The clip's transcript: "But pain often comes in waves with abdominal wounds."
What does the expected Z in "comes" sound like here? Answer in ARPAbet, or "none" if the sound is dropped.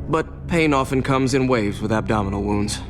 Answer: Z